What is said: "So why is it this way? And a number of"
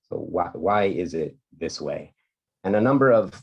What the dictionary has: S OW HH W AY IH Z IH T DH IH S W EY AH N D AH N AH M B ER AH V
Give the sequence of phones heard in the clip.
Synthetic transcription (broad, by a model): S OW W W AY IH Z IH T DH IH S W EY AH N AH N AH M B ER AH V